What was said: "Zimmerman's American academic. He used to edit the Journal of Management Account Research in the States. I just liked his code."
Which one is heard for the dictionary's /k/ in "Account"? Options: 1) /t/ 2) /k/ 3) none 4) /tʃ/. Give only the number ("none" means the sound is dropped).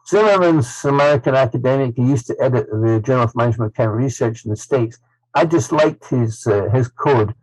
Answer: 3